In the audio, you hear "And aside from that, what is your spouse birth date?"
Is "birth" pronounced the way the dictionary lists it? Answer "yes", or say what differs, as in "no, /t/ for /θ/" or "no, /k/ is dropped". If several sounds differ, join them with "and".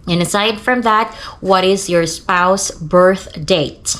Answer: yes